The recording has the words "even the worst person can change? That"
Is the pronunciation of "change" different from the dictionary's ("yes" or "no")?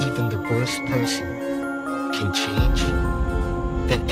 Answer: yes